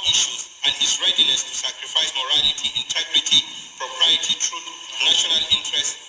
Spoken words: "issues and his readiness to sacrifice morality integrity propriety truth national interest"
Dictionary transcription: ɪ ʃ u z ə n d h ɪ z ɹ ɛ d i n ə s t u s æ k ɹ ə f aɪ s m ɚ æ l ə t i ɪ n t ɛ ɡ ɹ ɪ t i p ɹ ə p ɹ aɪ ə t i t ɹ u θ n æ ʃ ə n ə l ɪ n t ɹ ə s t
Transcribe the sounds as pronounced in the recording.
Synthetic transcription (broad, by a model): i ʃ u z ə n d h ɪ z ɹ ɛ d i n ə s t u s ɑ k ɹ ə f aɪ s m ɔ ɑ l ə t i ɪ n t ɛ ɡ ɹ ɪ t i p ɹ ə p ɹ aɪ ə t i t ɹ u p n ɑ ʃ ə n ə l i n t ɹ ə s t